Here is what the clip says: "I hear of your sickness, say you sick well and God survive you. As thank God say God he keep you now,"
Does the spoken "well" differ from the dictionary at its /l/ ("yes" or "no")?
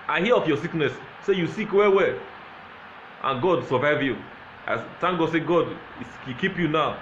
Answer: yes